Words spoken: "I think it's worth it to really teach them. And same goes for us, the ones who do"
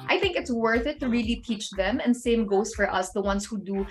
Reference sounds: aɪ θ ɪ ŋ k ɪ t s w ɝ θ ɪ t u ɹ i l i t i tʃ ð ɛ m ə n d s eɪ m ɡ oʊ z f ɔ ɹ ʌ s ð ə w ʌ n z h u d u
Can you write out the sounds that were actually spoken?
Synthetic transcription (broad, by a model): aɪ θ ɪ ŋ k ɪ t s w ɝ θ ɪ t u ɹ i l i t i tʃ ð ɛ m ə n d s eɪ m ɡ oʊ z f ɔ ɹ ʌ s ð ə w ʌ n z h u d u